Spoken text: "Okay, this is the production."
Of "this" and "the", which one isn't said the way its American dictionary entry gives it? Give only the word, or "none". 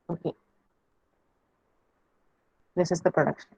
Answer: none